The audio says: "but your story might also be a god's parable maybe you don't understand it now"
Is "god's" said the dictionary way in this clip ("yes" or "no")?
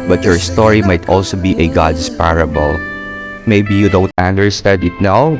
no